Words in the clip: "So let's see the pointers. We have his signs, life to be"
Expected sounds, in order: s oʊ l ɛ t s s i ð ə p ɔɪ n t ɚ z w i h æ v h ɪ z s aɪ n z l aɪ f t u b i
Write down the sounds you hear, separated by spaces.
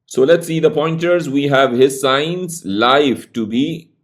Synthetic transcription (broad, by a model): s oʊ l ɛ t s s i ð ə p ɔɪ n t ɚ z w i h æ v h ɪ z s aɪ n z l aɪ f t u b i